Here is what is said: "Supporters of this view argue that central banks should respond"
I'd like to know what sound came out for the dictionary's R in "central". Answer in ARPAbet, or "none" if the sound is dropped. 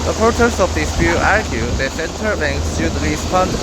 none